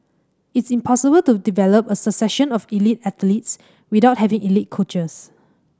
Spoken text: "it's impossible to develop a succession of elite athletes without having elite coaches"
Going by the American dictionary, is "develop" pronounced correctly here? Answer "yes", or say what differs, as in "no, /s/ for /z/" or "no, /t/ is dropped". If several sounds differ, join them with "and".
yes